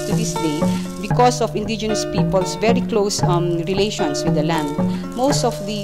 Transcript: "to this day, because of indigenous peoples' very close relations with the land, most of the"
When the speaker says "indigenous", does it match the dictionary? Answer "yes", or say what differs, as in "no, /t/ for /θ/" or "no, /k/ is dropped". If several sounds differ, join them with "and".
yes